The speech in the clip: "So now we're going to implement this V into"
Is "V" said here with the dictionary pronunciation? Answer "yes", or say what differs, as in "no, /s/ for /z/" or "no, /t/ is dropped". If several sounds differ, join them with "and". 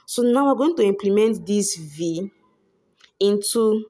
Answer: yes